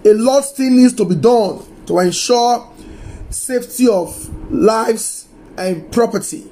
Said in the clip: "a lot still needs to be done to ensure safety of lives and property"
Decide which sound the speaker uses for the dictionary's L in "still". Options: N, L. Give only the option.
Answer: N